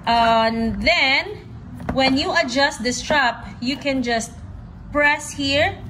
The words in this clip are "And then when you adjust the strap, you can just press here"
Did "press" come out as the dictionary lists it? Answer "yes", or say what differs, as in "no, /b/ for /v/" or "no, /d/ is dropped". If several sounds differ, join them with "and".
yes